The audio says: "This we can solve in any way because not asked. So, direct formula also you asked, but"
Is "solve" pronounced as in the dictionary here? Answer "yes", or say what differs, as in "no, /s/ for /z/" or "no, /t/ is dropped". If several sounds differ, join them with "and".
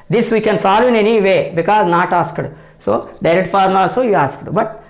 yes